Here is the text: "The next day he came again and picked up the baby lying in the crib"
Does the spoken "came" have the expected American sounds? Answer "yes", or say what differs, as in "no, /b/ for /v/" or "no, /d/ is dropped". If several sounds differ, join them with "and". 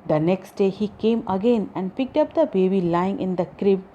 yes